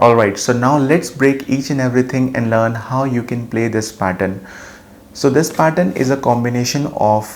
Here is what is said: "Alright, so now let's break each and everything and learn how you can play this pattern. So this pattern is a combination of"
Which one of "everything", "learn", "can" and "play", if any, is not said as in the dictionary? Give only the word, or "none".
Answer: everything